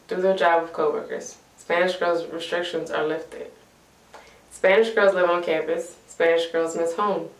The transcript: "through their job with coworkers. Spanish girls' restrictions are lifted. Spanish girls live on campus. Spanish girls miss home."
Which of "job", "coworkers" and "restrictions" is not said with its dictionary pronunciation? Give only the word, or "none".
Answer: none